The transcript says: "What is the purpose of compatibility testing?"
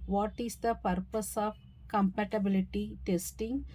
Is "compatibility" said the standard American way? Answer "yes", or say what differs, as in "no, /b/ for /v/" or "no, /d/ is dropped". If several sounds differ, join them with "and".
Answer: yes